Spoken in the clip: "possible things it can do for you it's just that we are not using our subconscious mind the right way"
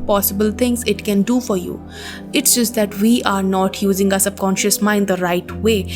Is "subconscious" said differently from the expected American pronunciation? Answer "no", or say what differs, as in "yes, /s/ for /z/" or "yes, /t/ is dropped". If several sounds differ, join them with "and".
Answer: yes, /b/ is dropped